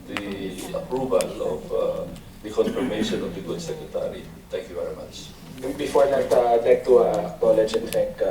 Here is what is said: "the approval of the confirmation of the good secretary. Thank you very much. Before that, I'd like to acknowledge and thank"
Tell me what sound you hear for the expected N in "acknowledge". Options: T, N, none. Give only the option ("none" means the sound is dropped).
none